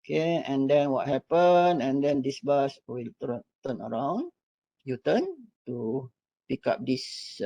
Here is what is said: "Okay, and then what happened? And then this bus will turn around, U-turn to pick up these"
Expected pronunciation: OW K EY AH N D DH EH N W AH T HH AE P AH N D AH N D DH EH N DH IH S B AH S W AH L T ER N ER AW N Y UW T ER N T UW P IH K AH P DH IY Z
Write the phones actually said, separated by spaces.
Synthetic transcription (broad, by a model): K EY AH N D EH N W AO T HH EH P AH N AH N D EH N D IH S B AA S W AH L T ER N ER AW N Y UW T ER N T UW P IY K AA P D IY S